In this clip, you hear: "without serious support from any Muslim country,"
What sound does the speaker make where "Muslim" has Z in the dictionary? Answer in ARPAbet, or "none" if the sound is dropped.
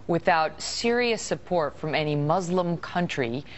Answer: Z